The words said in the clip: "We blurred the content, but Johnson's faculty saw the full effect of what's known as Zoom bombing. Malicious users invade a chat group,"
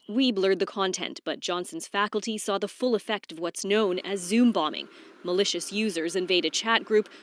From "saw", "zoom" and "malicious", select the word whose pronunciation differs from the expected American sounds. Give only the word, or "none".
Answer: none